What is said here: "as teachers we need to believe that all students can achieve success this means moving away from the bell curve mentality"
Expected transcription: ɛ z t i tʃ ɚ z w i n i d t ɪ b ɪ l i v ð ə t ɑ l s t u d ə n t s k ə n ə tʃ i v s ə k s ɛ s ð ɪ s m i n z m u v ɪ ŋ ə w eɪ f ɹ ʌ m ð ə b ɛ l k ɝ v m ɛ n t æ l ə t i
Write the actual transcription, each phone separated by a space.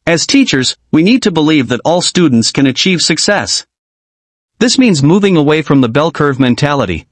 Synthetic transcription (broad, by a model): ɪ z t i tʃ ɚ z w i n i d t ɪ b ɪ l i v ð ə t ɑ l s t u d n t s k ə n ə tʃ i v s ə k s ɛ s ð ɪ s m i n z m u v ɪ ŋ ə w eɪ f ɹ ʌ m ð ə b ɛ l k ɝ v m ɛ n t æ l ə t i